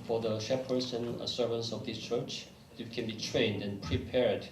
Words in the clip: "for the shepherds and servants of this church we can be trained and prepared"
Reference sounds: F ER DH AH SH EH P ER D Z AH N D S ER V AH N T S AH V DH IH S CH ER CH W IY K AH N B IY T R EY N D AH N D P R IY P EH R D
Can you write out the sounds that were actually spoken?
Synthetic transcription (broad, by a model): F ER DH AH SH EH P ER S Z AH N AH S ER V AH N T S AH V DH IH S CH ER CH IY K AH N B IY T R EY N D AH N P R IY P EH R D